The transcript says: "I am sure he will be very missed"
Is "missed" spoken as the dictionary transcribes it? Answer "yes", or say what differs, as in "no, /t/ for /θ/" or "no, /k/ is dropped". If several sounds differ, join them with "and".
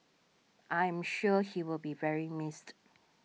yes